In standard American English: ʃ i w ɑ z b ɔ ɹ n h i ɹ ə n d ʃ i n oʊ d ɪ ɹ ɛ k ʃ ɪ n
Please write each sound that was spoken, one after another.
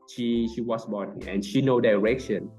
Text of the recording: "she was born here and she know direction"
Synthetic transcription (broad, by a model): ʃ i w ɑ s b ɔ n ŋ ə n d ʃ i n oʊ d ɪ ɹ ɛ k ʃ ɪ n